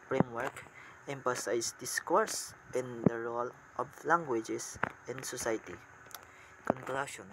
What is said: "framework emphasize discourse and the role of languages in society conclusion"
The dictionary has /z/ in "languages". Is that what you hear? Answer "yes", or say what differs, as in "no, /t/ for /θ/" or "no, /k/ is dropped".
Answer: no, /s/ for /z/